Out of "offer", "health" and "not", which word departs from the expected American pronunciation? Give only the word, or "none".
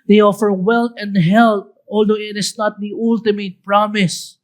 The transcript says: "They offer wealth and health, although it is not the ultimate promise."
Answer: health